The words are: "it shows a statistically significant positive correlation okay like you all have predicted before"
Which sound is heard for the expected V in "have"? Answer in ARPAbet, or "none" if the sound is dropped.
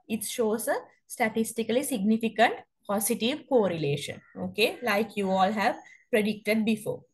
V